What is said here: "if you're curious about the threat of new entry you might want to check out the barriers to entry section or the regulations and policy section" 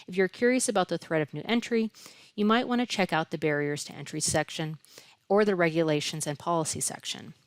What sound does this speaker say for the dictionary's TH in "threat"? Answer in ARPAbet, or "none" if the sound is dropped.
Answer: TH